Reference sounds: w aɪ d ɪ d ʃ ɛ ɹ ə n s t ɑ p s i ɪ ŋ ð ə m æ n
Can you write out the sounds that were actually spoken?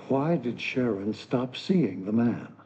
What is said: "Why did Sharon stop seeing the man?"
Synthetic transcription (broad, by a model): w aɪ d ɪ d ʃ ɛ ɹ ə n s t ɑ p s i ɪ ŋ ð ə m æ n